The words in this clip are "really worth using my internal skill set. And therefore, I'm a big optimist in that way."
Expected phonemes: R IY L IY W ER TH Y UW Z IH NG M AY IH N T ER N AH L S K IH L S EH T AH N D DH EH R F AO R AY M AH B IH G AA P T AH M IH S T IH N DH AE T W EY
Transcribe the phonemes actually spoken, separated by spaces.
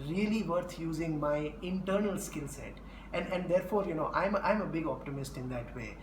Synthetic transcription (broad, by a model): R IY L IY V ER T Y UW Z IH NG M AY IH N T ER N AH L S K IH L S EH T AH N D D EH R F AO R AY M AH B IH G AA P T AH M IH S T IH N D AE T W EY